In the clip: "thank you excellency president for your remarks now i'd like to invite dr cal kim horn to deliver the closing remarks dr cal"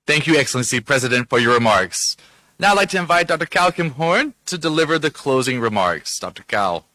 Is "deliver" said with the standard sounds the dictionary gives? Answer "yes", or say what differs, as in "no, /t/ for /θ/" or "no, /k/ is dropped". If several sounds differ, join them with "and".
yes